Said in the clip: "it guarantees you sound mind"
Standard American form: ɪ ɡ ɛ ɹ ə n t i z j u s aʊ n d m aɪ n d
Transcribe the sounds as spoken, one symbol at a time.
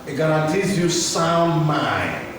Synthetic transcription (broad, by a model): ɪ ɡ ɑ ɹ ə t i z j u s aʊ n d m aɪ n